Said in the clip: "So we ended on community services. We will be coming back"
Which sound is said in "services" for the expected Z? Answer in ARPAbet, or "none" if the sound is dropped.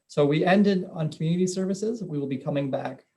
Z